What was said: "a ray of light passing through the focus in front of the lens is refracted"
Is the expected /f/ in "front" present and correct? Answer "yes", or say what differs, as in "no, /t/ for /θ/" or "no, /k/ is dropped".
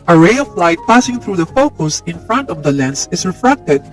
yes